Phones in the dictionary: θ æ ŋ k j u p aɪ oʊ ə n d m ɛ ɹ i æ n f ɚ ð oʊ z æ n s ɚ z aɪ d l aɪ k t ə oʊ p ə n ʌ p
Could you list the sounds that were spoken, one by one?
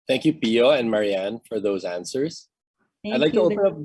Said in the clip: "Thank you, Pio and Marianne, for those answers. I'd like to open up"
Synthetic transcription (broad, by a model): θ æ ŋ k j u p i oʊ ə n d m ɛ ɹ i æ n f ɚ ð oʊ z æ n s ɚ z aɪ d l aɪ k t ə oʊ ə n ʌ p